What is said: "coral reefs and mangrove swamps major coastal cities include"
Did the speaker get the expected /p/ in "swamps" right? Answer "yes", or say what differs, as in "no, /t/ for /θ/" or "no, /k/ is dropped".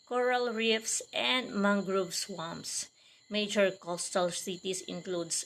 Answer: no, /p/ is dropped